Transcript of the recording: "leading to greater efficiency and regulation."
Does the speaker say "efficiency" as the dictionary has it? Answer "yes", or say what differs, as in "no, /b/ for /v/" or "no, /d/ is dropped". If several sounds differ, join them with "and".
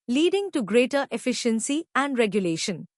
yes